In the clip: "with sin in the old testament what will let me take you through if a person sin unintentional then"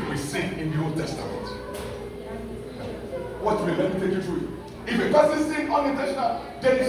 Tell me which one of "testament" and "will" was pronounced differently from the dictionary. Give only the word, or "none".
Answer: will